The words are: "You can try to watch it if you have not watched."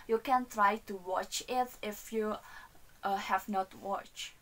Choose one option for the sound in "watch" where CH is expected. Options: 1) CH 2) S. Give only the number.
1